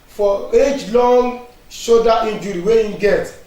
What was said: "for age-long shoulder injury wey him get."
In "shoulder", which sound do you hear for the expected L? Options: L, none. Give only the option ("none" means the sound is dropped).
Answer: none